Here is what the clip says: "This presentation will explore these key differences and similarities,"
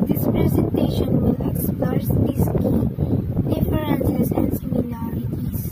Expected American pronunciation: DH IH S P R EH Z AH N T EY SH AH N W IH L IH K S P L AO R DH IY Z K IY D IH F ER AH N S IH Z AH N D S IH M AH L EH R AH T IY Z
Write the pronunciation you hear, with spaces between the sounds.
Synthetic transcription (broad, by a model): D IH S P R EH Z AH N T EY SH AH N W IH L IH K S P AO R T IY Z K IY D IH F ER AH N S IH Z AH N D S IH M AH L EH R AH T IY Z